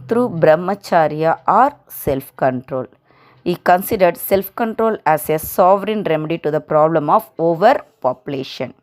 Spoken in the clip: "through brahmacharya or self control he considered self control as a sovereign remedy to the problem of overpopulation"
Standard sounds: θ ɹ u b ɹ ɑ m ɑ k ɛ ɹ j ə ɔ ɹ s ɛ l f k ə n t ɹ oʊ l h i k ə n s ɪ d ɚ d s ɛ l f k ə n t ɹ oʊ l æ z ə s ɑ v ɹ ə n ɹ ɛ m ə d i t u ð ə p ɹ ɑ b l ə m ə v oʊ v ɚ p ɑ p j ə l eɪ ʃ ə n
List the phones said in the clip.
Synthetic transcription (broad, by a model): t ɹ u b ɹ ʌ m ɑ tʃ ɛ ɹ j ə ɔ ɹ s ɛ l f k ə n t ɹ oʊ l h i k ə n s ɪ d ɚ d s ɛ l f k ə n t ɹ oʊ l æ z ə s ɑ v ɹ ə n ɹ ɛ m ə d i t u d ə p ɹ ɑ b l ə m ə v oʊ v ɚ p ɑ p j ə l eɪ ʃ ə n